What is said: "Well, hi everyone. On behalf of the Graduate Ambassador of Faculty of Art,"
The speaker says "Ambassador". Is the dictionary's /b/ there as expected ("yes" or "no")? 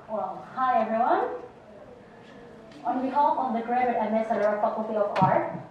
no